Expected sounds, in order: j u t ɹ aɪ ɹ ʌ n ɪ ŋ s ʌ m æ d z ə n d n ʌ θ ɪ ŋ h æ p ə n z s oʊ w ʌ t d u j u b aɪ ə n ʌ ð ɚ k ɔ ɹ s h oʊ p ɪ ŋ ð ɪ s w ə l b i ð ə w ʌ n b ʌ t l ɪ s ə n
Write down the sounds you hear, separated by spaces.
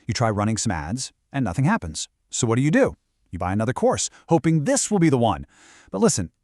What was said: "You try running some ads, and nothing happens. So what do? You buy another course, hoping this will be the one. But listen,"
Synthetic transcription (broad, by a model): j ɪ t ɹ aɪ ɹ ʌ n ɪ ŋ s ʌ m æ d z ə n n ʌ θ ɪ ŋ h æ p ə n z s oʊ w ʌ t d u j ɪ b aɪ ə n ʌ ð ɚ k ɔ ɹ s h oʊ p ɪ ŋ ð ɪ s w ə l b i ð ə w ʌ n b ʌ t l ɪ s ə n